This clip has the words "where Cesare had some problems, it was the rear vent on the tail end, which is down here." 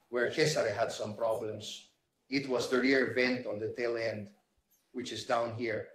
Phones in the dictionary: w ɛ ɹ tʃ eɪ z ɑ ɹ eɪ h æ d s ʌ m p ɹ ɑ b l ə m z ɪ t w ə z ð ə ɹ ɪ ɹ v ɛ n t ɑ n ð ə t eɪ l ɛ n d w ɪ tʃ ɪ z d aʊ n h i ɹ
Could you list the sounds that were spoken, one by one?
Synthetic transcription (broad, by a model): w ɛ ɹ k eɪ s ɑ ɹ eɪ h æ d s ʌ m p ɹ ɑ b l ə m s ɪ t w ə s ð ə ɹ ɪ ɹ v ɛ n t ɑ n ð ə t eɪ l ɛ n d w ɪ tʃ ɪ s d aʊ n h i ɹ